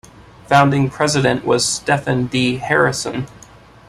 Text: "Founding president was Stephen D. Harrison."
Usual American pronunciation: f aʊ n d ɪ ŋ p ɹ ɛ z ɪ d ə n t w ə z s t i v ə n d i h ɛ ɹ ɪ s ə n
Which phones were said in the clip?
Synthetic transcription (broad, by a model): f aʊ n d ɪ ŋ p ɹ ɛ z ɪ d ə n t w ə z s t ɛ f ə n d i h ɛ ɹ ɪ s ə n